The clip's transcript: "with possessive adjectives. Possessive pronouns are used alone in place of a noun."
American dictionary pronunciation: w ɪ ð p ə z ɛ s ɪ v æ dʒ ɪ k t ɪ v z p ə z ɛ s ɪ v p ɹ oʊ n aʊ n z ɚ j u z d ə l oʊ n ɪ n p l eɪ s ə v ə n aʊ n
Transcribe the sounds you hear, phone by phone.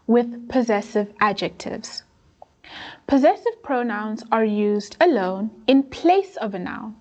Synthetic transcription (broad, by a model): w ɪ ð p ə z ɛ s ɪ v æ dʒ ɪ k t ɪ v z p ə z ɛ s ɪ v p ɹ oʊ n aʊ n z ɚ j u z d ə l oʊ n ɪ n p l eɪ s ə v ə n aʊ n